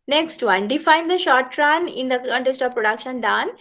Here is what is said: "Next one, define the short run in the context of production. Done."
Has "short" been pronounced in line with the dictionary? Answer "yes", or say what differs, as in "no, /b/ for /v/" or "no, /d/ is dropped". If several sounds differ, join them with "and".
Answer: yes